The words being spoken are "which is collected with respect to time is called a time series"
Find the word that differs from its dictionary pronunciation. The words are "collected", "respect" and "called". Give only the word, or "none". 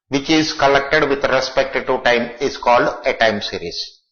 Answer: none